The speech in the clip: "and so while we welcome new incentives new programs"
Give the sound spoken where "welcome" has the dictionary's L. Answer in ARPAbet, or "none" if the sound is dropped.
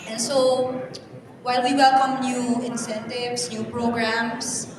L